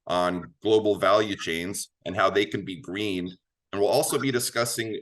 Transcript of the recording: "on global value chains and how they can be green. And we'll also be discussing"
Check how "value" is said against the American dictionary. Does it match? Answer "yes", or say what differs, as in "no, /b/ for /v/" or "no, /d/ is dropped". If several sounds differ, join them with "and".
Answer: yes